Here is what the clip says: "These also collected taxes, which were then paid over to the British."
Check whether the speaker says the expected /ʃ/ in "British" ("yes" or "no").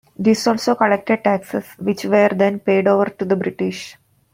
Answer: yes